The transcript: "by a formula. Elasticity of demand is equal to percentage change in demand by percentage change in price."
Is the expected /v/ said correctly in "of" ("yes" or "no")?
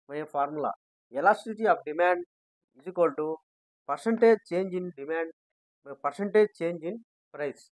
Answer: no